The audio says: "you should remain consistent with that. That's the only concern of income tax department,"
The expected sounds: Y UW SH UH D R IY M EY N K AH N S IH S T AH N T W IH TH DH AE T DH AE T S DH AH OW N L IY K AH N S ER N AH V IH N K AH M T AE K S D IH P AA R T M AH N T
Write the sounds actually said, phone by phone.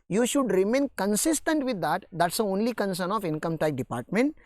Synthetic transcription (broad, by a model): Y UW SH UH D R IY M EY N K AH N S IH S T AH N T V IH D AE T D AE T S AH OW N L IY K AH N S ER N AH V IH N K AH M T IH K D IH P AA R T M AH N T